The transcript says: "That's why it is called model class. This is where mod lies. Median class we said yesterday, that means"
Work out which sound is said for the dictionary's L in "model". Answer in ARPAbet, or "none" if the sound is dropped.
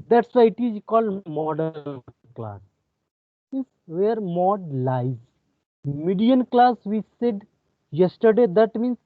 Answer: N